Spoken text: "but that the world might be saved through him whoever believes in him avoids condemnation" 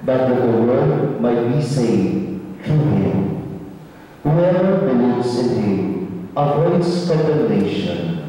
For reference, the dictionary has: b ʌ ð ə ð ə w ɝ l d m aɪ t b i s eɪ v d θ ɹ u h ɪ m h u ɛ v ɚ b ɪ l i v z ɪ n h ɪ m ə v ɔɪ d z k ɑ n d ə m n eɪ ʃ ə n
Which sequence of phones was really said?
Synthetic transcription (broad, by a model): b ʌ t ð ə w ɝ d m aɪ t b i s eɪ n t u h ɪ m h u ɛ v ɚ b ɪ l i v z ɪ n h ɪ m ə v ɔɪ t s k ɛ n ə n eɪ ʃ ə n